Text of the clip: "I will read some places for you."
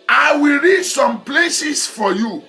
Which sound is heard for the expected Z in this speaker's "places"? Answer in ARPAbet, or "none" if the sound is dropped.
S